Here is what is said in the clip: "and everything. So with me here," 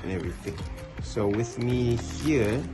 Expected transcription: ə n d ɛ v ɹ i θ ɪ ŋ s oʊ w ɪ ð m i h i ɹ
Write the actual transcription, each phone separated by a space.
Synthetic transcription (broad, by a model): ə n ɛ v ɹ i θ ɪ ŋ s oʊ w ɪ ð m i h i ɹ